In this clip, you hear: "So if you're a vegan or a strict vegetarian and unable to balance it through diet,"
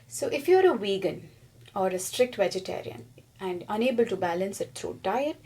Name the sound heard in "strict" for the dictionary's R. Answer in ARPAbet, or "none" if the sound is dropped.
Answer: R